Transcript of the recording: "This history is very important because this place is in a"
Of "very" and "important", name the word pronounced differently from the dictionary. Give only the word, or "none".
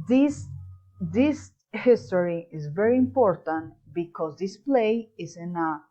none